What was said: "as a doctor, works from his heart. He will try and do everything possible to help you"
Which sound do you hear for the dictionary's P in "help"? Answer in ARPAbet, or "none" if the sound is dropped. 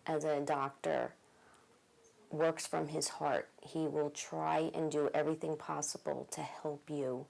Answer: P